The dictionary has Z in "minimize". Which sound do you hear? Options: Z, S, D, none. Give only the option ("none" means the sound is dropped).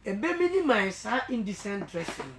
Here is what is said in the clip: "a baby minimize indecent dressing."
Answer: S